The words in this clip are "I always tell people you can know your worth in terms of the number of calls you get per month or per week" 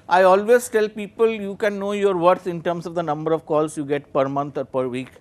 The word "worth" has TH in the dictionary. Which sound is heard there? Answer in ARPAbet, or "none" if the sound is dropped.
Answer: S